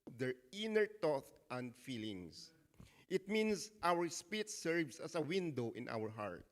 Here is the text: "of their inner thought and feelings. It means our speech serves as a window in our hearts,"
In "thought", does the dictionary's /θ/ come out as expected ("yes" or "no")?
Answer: no